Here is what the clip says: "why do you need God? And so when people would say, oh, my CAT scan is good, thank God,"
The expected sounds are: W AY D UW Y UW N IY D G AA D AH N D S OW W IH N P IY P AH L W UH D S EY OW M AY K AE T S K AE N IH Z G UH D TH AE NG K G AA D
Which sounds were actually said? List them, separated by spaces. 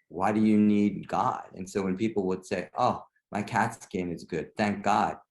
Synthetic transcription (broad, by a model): W AY D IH Y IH N IY D G AA D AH N S OW W IH N P IY P L W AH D S EY OW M AY K AE T S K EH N IH Z G UH D TH AE NG K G AA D